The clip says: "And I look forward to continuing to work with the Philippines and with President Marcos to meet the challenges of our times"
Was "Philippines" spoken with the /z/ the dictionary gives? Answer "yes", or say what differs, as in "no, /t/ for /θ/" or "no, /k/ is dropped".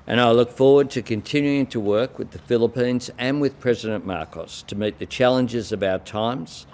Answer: yes